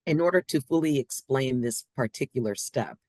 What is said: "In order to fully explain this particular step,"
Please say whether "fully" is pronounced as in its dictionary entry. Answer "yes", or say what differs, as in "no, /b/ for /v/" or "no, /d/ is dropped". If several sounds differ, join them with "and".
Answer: yes